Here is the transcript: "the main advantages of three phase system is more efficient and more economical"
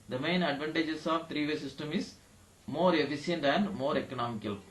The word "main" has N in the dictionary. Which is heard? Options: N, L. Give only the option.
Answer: N